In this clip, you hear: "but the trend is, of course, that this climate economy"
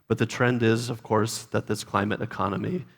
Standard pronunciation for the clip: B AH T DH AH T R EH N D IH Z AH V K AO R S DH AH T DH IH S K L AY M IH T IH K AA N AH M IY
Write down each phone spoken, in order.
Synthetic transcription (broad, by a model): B AH T DH AH T R EH N D IH Z AH V K AO R S DH AH T DH IH S K L AY M IH T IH K AA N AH M IY